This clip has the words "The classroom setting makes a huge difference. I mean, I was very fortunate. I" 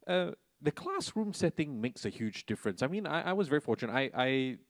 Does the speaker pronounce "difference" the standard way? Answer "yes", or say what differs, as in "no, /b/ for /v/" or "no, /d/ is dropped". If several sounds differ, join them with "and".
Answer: yes